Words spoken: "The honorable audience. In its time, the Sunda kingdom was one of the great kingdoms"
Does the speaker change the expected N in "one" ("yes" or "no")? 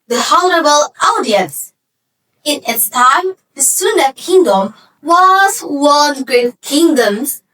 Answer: yes